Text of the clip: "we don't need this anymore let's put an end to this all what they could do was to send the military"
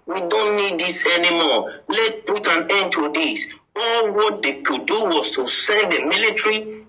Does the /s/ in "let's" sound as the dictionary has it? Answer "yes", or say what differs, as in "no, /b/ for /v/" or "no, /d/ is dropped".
no, /s/ is dropped